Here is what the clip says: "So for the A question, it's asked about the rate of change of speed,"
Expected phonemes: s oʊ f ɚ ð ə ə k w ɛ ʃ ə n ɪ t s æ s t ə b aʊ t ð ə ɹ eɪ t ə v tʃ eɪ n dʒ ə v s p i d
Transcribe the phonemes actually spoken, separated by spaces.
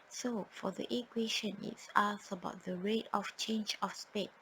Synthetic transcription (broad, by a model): s oʊ f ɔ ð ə ə k w ɛ ʃ ə n ɪ t s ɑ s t ə b aʊ t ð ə ɹ eɪ t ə f tʃ eɪ n dʒ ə f s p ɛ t